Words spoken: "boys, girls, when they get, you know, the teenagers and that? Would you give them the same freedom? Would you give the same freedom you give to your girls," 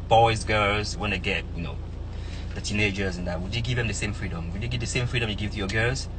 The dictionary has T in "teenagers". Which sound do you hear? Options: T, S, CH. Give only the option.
T